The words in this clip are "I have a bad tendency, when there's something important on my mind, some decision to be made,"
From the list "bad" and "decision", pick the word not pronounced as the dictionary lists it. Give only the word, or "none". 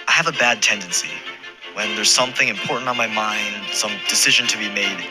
none